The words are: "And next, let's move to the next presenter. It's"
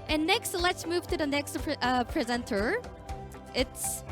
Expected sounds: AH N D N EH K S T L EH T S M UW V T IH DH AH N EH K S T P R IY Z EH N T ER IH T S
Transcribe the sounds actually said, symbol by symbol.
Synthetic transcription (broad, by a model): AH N N EH K S T L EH T S M UW V T IH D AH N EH K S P P R IY Z EH N T ER IH T S